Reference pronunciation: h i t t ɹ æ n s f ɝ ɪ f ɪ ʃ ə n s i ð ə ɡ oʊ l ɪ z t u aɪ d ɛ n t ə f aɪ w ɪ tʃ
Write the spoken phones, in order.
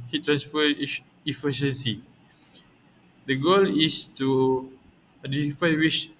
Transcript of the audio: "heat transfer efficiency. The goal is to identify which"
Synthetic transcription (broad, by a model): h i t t ɹ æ n s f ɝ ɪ f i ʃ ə n s i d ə ɡ oʊ l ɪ s t u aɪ d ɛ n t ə f aɪ w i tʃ